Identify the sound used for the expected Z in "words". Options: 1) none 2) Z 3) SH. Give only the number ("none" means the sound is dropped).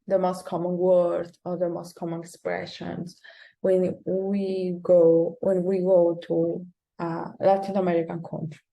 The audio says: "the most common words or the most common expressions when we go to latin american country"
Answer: 1